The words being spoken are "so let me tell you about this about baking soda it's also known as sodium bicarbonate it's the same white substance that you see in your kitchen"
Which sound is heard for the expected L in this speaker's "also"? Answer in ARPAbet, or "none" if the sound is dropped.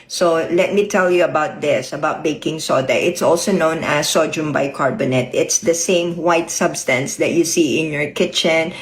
L